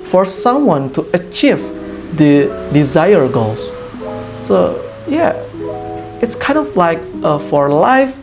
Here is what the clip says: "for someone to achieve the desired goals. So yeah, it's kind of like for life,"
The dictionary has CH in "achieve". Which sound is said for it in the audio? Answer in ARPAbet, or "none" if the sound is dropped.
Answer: CH